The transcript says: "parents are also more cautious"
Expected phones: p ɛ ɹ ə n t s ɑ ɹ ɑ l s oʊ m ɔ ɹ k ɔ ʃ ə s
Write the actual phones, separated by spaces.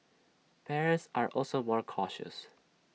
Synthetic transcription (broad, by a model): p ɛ ɹ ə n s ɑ ɹ ɑ l s oʊ m ɔ ɹ k ɔ ʃ ə s